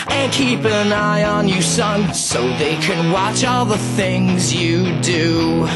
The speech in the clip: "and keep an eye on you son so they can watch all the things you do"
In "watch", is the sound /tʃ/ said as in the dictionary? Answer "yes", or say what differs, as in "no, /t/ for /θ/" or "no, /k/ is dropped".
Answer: yes